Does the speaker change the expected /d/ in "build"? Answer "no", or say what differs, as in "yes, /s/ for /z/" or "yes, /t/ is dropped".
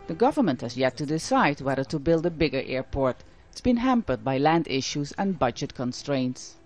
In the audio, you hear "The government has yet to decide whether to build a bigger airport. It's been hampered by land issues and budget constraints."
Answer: no